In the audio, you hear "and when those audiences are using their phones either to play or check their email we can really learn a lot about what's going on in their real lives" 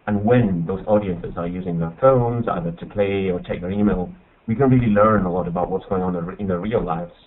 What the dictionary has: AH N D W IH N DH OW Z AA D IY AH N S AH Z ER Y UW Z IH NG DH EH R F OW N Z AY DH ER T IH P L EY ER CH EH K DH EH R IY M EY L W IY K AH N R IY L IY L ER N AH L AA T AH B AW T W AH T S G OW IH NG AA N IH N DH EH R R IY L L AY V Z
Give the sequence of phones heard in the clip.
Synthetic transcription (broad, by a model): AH N W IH N DH OW Z AA D IY AH N S AH Z ER Y UW Z IH NG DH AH R F OW N Z AY DH ER T IH P L EY ER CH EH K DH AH R IY M EY L W IY K AH N R IY L IY L ER N AH L AA T AH B AW T W AH T S G OW IH NG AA N IH N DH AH R R IY L L AY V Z